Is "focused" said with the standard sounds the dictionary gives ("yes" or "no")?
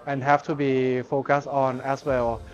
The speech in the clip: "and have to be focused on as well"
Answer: yes